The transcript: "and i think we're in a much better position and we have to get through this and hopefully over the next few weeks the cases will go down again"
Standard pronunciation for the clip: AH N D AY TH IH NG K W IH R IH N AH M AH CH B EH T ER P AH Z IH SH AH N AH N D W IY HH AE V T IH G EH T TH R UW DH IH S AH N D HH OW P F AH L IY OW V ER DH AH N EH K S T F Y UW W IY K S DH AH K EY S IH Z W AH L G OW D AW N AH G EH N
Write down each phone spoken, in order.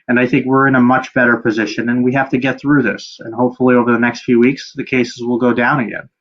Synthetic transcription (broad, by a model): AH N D AY TH IH NG K W IH R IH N AH M AH CH B EH T ER P AH Z IH SH AH N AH N W IY HH AE F T IH G EH T TH R UW DH IH S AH N HH OW P F L IY OW V ER DH AH N EH K S T F Y UW W IY K S DH AH K EY S IH Z W AH L G OW D AW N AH G EH N